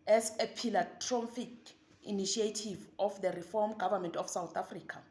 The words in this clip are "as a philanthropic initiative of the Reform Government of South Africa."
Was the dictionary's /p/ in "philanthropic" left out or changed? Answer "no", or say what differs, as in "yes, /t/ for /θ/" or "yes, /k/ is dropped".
yes, /f/ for /p/